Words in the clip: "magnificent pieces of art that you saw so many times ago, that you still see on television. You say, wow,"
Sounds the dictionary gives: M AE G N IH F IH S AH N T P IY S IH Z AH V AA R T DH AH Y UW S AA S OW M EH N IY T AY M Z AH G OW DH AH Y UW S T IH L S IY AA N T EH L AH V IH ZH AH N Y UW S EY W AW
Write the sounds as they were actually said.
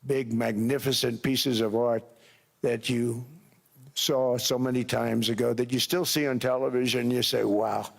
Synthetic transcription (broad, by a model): M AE G N IH F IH S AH N P IY S IH Z AH V AA R T DH AH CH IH S AA S OW M EH N IY T AY M Z AH G OW DH AH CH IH S T IH L S IY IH N T EH L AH V IH ZH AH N Y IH S EY W AW